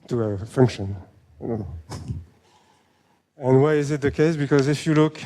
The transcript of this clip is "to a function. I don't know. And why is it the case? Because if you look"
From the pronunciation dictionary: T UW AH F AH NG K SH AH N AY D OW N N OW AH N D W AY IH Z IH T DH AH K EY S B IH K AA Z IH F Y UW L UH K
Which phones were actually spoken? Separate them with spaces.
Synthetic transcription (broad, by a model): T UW AH F AH NG K SH AH N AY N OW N N OW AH N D W AY IH Z IH T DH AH K EY S B IH K AA Z IH F Y UW L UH K